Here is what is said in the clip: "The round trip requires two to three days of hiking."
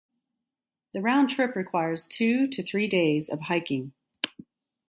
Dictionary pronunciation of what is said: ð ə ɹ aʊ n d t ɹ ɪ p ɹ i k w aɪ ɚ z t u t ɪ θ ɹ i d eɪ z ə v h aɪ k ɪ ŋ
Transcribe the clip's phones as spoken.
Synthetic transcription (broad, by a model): ð ə ɹ aʊ n t ɹ ɪ p ɹ i k w aɪ ɚ z t u t ɪ θ ɹ i d eɪ z ə v h aɪ k ɪ ŋ